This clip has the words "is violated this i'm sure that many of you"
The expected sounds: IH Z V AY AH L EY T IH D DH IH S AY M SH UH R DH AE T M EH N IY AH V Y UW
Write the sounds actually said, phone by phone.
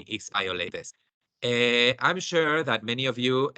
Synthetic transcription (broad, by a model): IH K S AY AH L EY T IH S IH AY M SH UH R DH AE T M EH N IY AH V Y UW